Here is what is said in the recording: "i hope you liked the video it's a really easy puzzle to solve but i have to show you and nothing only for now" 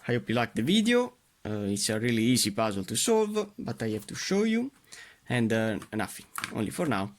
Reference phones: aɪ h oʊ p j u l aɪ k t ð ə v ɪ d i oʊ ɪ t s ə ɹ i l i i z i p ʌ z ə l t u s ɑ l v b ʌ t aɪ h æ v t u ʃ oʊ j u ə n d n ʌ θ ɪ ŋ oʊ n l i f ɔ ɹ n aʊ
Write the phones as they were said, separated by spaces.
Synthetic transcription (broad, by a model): aɪ h oʊ p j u l aɪ k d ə v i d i oʊ ɪ t s ə ɹ i l i i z i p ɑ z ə l t u s ɑ l v b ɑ t aɪ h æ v t u ʃ oʊ j u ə n d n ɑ f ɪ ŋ oʊ n l i f ɔ ɹ n aʊ